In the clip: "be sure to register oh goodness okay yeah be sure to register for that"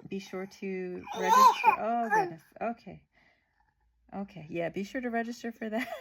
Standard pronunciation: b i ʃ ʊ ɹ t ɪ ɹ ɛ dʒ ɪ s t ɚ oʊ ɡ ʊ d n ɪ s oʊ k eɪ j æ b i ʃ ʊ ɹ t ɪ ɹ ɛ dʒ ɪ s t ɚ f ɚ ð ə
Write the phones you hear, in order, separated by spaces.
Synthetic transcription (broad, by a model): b i ʃ ʊ ɹ t ɪ ɹ ɛ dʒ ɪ s t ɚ oʊ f ʊ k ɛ ɪ oʊ k eɪ j æ b i ʃ ʊ ɹ t ɪ ɹ ɛ dʒ ɪ s t ɚ f ɚ ð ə